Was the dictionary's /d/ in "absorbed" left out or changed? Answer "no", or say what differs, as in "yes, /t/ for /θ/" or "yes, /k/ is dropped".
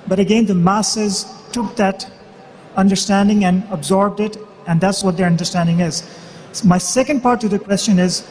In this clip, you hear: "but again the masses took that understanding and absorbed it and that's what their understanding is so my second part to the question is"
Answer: no